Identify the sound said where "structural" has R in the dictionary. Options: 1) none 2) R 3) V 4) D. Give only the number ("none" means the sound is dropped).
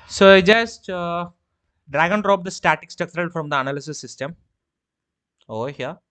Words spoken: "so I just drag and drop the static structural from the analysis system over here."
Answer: 1